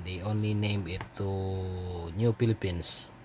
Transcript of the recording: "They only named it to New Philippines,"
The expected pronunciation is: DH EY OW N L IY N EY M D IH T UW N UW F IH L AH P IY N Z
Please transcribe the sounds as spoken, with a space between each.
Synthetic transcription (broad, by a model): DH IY OW N L IY N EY M IH T UW N UW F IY L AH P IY N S